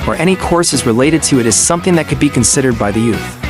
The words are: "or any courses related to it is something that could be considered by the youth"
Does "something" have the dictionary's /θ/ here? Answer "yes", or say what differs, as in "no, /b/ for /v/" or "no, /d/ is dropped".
yes